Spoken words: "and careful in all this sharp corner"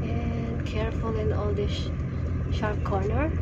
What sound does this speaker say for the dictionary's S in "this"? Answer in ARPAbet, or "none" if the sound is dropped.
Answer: SH